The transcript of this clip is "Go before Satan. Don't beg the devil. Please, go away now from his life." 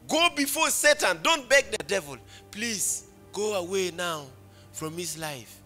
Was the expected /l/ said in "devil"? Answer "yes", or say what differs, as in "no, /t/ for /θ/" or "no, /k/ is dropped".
yes